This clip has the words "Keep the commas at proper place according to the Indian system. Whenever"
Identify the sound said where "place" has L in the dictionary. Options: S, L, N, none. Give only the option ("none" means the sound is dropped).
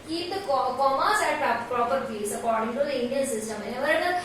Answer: none